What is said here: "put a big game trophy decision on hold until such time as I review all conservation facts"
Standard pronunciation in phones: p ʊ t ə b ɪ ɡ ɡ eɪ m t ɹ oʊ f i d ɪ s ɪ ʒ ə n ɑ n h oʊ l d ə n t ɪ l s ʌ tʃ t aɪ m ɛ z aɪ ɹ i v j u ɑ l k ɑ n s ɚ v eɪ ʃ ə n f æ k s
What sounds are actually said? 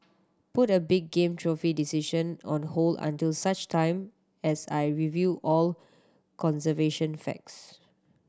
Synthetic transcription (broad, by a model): p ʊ t ə b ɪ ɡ ɡ eɪ m t ɹ oʊ f i d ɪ s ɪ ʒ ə n ɑ n h oʊ l ə n t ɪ l s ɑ tʃ t aɪ m ɛ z aɪ ɹ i v j u ɑ l k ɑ n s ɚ v eɪ ʃ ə n f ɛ k s